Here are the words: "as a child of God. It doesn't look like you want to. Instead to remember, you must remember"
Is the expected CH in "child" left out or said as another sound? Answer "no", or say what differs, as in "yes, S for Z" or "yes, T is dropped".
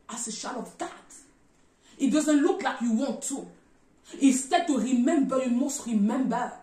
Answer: yes, SH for CH